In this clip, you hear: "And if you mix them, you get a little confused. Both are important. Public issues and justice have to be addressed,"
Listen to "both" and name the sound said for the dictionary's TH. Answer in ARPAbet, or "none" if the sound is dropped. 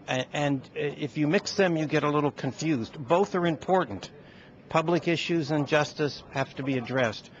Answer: TH